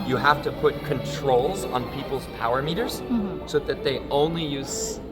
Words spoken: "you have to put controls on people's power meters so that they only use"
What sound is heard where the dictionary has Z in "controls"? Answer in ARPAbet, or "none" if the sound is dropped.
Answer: Z